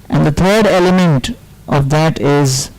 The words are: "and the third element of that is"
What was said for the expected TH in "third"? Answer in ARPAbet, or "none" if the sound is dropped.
T